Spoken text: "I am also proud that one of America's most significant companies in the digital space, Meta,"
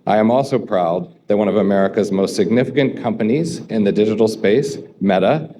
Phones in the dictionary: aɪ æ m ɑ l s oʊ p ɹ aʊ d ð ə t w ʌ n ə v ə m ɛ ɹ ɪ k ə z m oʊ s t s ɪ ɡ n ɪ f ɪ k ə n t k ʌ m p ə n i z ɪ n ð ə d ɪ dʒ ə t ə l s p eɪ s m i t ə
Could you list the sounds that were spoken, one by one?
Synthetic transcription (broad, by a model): aɪ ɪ m ɑ l s oʊ p ɹ aʊ d ð ə t w ʌ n ə v ə m ɛ ɹ ɪ k ə z m oʊ s t s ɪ ɡ n ɪ f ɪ k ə n k ʌ m p ə n i z ɪ n ð ə d ɪ dʒ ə t l s p eɪ s m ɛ t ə